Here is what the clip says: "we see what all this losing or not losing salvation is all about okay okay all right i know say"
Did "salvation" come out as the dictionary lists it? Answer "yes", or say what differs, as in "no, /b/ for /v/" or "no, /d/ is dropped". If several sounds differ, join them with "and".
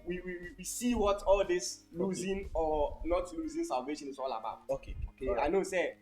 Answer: yes